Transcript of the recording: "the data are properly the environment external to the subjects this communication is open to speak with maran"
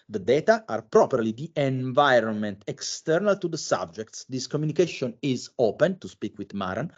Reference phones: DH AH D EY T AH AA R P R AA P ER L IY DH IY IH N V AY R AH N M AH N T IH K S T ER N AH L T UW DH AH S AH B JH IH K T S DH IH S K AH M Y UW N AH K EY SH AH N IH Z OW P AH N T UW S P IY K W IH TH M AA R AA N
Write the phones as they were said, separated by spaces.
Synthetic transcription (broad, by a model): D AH D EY T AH AA R P R AA P ER L IY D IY IH N V AY R AH N M AH N T IH K S T ER N AH L T UW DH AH S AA B JH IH K T S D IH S K AH M Y UW N AH K EY SH AH N IH Z OW P AH N T UW S P IY K W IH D M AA R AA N